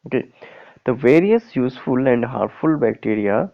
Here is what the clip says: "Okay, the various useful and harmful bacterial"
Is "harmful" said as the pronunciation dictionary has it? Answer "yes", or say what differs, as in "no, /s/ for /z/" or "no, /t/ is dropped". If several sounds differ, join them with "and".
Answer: no, /m/ is dropped